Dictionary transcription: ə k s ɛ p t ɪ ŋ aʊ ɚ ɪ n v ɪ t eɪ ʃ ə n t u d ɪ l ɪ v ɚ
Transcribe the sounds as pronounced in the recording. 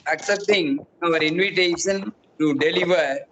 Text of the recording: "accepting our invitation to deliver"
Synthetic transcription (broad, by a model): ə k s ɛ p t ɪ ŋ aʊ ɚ ɪ n v ɪ t eɪ ʃ ə n t u d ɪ l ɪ v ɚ